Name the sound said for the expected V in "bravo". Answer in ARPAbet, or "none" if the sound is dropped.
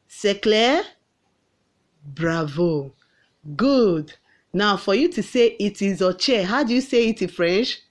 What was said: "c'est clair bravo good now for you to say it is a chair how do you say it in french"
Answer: V